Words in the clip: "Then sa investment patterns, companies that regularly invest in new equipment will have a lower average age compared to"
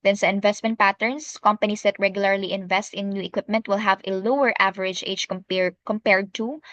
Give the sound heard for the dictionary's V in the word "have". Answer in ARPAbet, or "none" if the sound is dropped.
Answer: V